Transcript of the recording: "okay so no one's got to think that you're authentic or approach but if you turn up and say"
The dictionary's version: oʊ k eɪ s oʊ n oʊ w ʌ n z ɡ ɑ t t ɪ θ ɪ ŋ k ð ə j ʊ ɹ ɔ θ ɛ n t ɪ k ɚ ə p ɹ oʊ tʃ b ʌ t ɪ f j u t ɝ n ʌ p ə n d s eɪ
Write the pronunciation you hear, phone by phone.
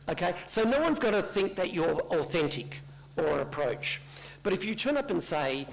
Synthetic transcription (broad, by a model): oʊ k eɪ s oʊ n oʊ w ʌ n z ɡ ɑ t t ɪ θ ɪ ŋ k ð ə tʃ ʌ ɹ ɔ θ ɛ n t ɪ k ɚ ə p ɹ oʊ tʃ b ʌ t ɪ f j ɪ t ɝ n ʌ p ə n s eɪ